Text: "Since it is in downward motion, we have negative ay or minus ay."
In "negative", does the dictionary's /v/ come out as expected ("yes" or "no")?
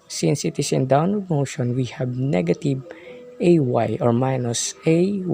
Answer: no